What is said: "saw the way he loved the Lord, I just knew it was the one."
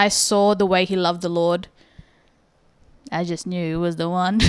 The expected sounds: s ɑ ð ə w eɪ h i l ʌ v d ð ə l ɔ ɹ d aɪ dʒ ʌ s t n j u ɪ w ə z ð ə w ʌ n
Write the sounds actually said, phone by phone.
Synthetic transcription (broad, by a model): s ɑ ð ə w eɪ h i l ʌ v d ð ə l ɔ ɹ d aɪ dʒ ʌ s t n j u w ə z ð ə w ʌ n